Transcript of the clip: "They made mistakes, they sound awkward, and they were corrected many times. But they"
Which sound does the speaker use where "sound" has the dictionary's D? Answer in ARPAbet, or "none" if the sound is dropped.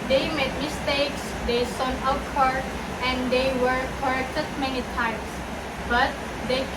none